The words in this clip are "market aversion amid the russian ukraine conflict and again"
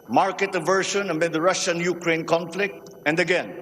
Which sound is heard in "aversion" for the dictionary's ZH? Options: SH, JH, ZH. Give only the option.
SH